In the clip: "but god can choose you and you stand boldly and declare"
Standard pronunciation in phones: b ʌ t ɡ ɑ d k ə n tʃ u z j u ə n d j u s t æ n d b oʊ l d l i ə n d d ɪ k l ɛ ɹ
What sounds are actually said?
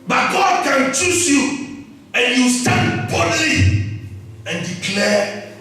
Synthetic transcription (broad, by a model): b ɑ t ɡ ɑ d k ə n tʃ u s j u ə n j u s t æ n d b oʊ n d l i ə n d d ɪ k l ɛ